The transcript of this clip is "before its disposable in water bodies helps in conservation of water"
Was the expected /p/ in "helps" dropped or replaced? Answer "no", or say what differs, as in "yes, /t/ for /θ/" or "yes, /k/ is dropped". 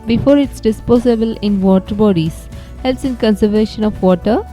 yes, /p/ is dropped